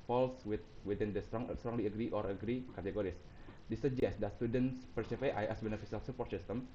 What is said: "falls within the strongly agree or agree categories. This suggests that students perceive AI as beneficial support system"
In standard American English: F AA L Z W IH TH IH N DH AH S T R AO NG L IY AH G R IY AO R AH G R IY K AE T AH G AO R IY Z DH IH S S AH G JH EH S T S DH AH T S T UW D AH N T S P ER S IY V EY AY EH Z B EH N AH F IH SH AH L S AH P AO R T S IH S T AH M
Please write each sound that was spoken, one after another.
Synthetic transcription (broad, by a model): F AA L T W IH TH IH N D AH S T R AO NG L IY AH G R IY AO R AH G R IY K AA T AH G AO R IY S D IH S S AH JH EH S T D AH T S T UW D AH N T S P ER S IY F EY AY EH S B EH N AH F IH S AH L S AH P AO R T S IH S T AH M